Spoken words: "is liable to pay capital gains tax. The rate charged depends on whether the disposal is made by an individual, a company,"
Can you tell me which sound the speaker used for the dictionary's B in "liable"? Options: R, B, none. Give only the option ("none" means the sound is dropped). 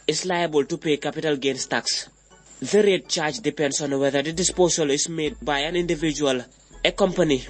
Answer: B